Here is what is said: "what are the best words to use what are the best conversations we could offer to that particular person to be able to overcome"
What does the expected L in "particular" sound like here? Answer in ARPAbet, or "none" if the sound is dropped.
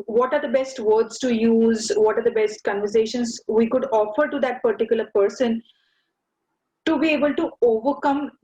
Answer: L